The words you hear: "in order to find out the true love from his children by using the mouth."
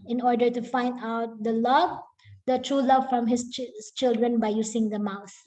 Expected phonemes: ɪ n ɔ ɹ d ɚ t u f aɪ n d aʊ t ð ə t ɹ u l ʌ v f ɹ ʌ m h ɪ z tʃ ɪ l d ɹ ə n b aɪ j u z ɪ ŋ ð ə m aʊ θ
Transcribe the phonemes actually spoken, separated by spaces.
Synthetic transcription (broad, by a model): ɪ n ɔ ɹ d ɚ t u f aɪ n d aʊ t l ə t ɹ u l ʌ v f ɹ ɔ m h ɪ s tʃ ɪ l d ɹ ə n b aɪ j u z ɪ ŋ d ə m aʊ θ